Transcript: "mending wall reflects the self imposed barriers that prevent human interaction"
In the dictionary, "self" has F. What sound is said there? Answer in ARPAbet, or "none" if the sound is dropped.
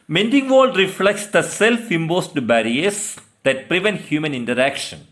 F